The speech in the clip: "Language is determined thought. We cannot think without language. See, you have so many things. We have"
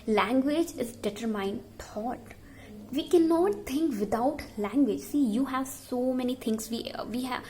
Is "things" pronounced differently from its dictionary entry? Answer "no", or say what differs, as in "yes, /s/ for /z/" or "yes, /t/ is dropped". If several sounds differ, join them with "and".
yes, /t/ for /θ/